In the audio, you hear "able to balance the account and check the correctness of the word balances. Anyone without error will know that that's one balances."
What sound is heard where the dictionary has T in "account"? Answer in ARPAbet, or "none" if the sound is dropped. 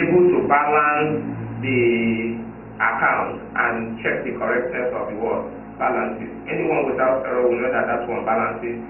T